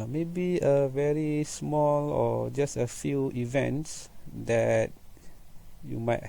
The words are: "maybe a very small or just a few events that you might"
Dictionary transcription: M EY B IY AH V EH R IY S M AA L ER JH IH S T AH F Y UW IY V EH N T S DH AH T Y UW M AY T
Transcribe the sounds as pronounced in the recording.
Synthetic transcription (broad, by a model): M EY B IY AH V EH R IY S M AA L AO JH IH S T AH F Y UW IY V EH N T S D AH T Y UW M AY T